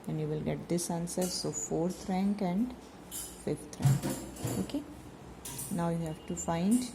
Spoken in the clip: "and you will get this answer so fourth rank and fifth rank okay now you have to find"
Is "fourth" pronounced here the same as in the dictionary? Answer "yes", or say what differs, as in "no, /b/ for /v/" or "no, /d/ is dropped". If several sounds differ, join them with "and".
no, /t/ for /θ/